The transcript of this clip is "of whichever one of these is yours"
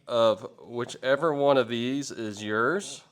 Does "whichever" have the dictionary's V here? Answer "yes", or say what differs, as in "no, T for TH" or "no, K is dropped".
yes